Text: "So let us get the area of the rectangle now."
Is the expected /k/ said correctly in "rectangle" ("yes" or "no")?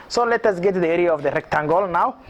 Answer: yes